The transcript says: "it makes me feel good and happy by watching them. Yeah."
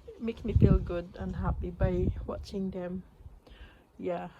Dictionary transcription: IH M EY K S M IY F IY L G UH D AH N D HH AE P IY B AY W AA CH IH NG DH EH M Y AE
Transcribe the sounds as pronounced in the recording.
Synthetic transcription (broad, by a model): M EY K M IY F IY L G UH D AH N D HH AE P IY B AY W AA CH IH NG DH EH M Y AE